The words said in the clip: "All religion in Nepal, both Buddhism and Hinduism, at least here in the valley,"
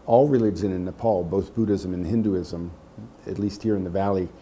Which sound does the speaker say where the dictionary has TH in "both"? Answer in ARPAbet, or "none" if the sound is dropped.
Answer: TH